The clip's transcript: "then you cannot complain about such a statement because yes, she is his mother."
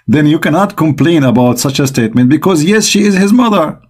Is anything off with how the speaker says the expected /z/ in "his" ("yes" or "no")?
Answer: no